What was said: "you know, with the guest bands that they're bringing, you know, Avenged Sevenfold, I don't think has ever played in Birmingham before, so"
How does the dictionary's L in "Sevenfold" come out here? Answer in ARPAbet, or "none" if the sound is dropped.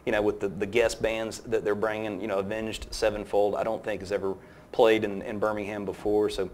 L